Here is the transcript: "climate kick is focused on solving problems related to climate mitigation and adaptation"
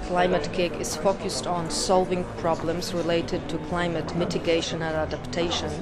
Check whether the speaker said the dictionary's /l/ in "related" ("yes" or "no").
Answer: yes